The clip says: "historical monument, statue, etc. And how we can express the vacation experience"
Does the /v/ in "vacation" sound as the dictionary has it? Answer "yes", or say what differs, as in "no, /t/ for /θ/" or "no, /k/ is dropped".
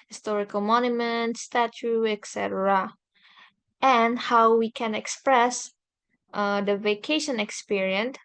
yes